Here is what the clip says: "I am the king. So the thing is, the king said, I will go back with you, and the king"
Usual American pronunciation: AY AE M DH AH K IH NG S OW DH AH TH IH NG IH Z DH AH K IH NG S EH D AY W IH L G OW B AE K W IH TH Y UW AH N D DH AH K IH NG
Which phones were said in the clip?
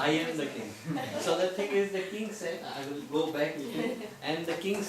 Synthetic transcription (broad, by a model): AY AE M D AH K IH NG S OW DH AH T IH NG IH Z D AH K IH NG S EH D AY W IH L G OW B AE K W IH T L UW AH N D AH K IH NG